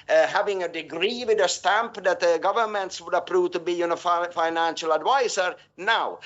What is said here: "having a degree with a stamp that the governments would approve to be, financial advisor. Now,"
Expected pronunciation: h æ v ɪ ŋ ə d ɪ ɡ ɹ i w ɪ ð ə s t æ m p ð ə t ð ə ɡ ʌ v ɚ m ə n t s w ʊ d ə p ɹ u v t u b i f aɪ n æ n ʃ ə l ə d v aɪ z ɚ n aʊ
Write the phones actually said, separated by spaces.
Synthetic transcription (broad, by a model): h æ v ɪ ŋ ə d ɪ ɡ ɹ i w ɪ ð ə s t æ m p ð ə t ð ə ɡ ʌ v ɚ m ə n t s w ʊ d ə p ɹ u v t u b i f aɪ n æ n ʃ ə l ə d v aɪ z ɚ n aʊ